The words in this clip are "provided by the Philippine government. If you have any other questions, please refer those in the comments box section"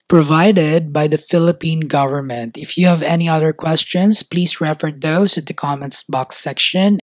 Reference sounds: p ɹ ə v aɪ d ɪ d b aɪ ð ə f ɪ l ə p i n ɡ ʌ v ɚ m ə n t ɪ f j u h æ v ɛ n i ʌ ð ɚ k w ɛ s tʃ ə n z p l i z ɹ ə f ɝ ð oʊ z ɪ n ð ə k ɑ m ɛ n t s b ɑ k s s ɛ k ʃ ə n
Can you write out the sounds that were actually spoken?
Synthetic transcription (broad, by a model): p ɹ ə v aɪ d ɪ d b aɪ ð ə f ɪ l ə p i n ɡ ʌ v ɚ m ə n t ɪ f j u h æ v ɛ n i ʌ ð ɚ k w ɛ s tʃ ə n s p l i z ɹ ə f ɝ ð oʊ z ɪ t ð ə k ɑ m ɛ n s b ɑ k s s ɛ k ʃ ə n